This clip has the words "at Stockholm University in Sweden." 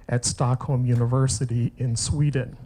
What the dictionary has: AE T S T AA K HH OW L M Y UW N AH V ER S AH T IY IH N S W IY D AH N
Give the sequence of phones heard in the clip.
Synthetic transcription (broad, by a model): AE T S T AA K HH OW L M Y UW N AH V ER S AH T IY IH N S W IY D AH N